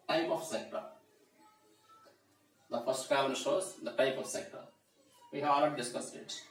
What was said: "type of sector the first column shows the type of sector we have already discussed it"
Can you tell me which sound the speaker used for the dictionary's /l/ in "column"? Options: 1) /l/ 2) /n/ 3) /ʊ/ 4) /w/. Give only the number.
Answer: 2